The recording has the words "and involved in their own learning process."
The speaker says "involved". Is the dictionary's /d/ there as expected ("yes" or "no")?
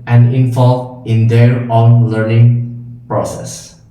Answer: no